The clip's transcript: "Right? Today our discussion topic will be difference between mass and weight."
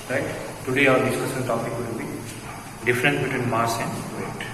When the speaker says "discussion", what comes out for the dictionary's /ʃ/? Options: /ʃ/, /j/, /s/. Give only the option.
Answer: /s/